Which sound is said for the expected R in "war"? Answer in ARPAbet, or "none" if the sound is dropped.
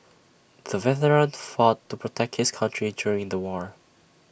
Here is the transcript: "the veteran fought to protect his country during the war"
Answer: R